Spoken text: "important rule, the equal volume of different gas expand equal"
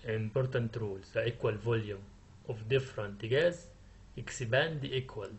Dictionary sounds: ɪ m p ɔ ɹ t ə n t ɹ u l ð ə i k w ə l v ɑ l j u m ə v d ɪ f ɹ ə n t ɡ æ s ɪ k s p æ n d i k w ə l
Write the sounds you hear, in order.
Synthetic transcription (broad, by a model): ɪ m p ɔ ɹ t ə n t ɹ u l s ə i k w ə l v ɑ l j u m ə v d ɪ f ɹ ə n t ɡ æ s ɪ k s b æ n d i k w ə l